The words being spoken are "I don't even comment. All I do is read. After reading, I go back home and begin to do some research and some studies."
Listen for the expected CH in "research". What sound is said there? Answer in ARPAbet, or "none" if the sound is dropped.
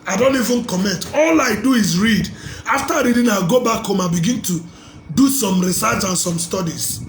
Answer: S